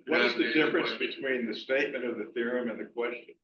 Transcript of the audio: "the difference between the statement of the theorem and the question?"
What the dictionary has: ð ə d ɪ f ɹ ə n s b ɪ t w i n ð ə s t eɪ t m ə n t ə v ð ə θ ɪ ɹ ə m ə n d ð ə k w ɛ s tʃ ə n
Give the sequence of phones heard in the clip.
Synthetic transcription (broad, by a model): ð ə d ɪ f ɹ ə n s b ɪ t w i n ð ə s t eɪ t m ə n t ə v ð ə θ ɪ ɹ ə m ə n ð ə k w ɛ s tʃ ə n